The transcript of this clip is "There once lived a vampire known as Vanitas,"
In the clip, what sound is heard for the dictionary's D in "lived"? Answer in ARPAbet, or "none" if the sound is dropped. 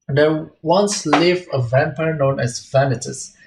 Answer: none